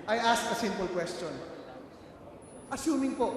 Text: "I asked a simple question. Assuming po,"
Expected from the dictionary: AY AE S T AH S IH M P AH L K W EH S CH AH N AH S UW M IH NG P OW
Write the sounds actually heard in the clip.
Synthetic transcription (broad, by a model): AY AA S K AH S IH M P AH L K W EH S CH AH N AH S UW M IH NG P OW